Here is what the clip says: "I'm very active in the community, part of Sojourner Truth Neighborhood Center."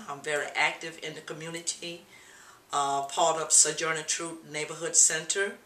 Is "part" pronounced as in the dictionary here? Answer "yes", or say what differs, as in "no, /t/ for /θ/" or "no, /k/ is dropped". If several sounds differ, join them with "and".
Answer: no, /l/ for /ɹ/